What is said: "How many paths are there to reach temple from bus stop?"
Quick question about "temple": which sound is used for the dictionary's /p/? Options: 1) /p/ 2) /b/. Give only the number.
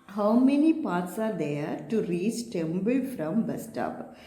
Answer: 2